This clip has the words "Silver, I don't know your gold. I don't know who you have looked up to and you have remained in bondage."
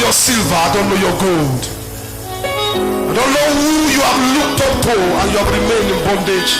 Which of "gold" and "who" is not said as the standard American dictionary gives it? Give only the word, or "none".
none